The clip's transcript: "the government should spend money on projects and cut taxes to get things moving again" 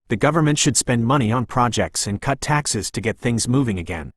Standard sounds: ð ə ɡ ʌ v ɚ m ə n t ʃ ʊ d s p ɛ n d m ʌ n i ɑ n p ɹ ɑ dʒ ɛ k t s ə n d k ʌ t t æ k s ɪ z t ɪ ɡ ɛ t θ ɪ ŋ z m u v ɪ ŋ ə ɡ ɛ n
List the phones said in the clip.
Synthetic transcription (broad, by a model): ð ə ɡ ʌ v ɚ m ə n t ʃ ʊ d s p ɛ n d m ʌ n i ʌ n p ɹ ɑ dʒ ɛ k t s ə n k ʌ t t æ k s ɪ z t ɪ ɡ ɛ t θ ɪ ŋ z m u v ɪ ŋ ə ɡ ɛ n